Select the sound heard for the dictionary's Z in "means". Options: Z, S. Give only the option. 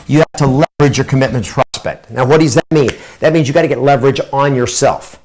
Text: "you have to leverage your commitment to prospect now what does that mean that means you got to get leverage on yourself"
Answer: Z